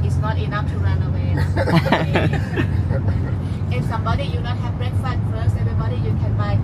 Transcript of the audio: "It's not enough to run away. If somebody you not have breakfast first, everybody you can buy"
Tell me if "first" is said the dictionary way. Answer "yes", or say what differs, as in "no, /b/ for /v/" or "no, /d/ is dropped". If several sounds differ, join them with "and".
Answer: no, /t/ is dropped